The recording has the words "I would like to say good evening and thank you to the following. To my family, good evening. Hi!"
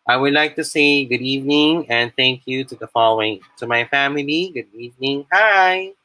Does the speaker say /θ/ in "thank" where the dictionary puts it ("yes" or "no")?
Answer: yes